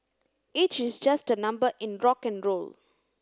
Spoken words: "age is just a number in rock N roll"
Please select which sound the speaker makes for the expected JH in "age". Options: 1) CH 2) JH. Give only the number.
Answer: 1